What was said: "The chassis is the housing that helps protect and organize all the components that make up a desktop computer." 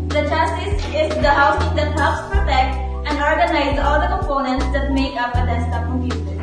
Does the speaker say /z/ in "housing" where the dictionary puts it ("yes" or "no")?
no